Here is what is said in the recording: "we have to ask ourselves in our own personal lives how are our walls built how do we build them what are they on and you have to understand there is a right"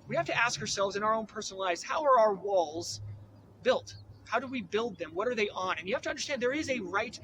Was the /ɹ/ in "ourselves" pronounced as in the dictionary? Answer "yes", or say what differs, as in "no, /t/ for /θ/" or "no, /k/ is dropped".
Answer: yes